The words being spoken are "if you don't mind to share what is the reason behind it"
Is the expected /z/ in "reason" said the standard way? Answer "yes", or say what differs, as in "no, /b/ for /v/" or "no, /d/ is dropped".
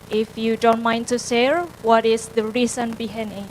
no, /s/ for /z/